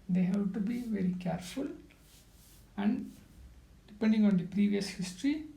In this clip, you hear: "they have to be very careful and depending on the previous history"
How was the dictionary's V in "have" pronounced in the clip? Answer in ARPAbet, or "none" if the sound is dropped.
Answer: B